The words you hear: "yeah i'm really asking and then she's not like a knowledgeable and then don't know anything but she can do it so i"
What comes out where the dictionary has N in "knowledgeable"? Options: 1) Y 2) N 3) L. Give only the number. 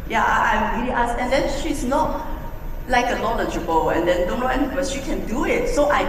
3